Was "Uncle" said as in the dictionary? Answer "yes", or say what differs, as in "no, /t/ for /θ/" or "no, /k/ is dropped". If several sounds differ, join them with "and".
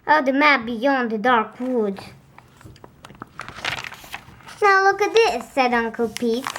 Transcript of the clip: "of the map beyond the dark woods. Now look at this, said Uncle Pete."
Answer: yes